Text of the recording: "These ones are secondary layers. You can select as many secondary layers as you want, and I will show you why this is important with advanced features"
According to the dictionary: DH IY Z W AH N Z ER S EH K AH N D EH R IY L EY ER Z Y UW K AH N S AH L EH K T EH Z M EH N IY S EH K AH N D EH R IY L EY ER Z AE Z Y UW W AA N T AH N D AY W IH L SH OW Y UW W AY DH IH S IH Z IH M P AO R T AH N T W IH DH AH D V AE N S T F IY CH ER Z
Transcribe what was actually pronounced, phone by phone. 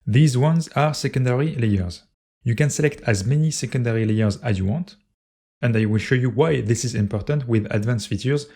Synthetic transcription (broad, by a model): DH IY Z W AH N Z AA S EH K AH N D EH R IY L EY ER Z Y UW K AH N S AH L EH K T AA Z M EH N IY S EH K AH N D EH R IY L EY ER Z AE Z Y UW W AA N T AH N D AY W IH L SH OW Y UW W AY DH IH S IH Z IH M P AO R T AH N T W IH DH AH D V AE N S F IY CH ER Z